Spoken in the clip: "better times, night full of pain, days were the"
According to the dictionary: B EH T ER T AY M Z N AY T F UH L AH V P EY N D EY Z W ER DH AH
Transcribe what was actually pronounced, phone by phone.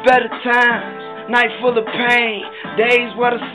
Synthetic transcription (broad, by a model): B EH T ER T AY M N AY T F UH L AH V P EY N D EY Z W ER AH